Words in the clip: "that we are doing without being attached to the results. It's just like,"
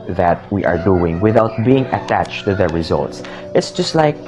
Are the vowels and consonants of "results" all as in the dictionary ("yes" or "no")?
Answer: yes